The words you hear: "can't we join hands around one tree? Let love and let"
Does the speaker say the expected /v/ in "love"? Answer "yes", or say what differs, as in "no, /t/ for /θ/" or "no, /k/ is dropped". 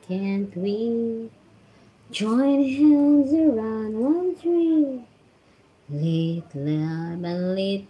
no, /b/ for /v/